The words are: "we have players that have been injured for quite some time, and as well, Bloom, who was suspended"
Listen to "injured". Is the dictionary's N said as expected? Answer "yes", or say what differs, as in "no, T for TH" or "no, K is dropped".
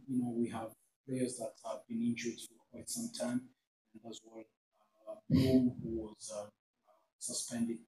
yes